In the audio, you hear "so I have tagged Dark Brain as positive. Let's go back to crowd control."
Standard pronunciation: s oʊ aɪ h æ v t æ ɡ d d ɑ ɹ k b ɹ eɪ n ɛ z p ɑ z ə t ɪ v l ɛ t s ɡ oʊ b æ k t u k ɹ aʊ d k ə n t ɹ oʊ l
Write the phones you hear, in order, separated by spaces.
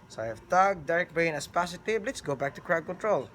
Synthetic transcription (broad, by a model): s aɪ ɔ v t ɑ ɡ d d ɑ ɹ k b eɪ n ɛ s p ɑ s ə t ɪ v l ɛ t s ɡ oʊ b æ k t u k ɹ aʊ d k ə n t ɹ oʊ l